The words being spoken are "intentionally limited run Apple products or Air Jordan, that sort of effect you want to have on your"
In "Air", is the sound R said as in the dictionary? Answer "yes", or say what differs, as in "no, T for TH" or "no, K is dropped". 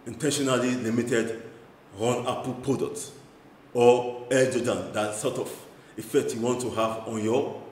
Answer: no, L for R